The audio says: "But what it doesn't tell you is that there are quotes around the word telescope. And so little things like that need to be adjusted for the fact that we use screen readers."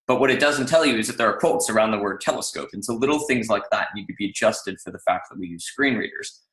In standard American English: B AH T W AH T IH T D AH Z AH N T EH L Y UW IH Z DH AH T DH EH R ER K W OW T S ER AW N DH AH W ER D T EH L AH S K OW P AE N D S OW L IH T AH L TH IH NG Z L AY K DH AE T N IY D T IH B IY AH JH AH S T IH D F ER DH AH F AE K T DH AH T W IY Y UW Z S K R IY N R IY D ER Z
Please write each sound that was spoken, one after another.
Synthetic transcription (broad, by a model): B AH T W AH T IH T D AH Z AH N T EH L Y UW IH Z DH AH T DH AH R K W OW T S ER AW N DH AH W ER D T EH L AH S K OW P N S OW L IH T L TH IH NG Z L AY K DH AE T N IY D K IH B IY AH JH AH S T IH D F ER DH AH F AE K T DH AH T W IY Y UW Z S K R IY N R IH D ER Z